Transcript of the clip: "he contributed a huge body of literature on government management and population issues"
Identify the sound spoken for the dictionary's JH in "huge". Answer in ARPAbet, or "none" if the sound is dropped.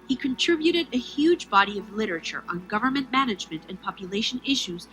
JH